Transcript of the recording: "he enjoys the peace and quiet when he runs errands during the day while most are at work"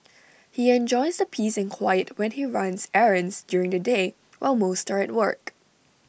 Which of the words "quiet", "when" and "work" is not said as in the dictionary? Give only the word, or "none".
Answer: none